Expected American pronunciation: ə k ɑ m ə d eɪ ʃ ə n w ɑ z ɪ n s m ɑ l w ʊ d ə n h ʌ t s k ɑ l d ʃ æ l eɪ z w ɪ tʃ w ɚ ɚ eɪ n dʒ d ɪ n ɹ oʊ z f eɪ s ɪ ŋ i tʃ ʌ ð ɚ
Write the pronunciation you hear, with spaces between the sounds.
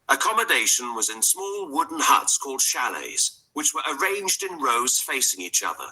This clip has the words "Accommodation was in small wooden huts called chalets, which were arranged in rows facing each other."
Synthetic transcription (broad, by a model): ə k ɑ m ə d eɪ ʃ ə n w ɑ z ɪ n s m ɑ l w ʊ d n h ʌ t s k ɑ l d ʃ æ l eɪ z w ɪ tʃ w ɚ ɚ eɪ n dʒ d ɪ n ɹ oʊ z f eɪ s ɪ ŋ i tʃ ʌ ð ɚ